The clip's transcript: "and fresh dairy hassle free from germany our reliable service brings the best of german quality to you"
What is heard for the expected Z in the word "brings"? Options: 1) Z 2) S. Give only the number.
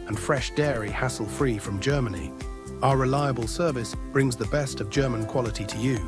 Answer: 1